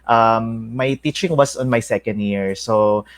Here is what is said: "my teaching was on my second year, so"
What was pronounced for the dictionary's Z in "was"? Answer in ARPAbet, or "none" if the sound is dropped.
S